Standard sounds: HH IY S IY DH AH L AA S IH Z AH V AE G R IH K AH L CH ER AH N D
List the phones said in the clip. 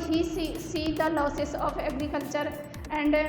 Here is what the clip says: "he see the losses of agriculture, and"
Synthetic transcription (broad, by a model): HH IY S IY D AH L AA S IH S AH P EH G R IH K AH L CH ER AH N D